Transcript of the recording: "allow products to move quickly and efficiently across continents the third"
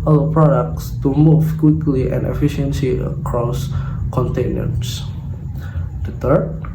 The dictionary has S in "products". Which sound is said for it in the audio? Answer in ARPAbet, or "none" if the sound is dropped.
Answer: S